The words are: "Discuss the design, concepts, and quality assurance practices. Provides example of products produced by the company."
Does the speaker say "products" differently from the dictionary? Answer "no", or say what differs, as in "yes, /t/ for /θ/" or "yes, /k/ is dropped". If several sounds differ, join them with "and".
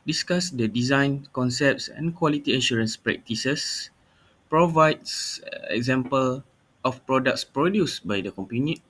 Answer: no